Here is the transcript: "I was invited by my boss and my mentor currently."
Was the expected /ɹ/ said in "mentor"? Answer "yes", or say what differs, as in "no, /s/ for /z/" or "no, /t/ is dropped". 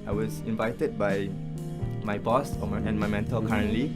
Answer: no, /l/ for /ɹ/